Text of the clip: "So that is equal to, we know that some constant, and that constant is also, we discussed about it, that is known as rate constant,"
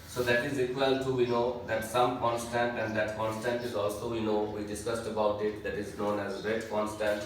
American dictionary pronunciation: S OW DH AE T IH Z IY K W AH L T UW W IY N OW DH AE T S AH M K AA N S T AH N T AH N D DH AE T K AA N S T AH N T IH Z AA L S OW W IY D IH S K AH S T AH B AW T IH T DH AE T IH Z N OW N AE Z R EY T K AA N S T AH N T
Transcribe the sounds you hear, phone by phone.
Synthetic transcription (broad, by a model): S OW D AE T IH Z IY K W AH L T UW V IY N OW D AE T S AH M K AA N S T AH N T AH N D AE T K AA N S T AH N T IH Z AA L S OW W IY D IH S K AH S T AH B AW T IH T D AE T IH Z N OW N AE Z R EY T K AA N S T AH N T